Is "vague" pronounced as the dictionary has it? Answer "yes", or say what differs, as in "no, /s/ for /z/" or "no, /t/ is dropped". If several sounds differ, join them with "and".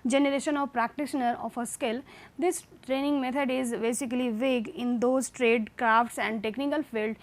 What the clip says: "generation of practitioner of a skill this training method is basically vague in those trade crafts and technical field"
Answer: yes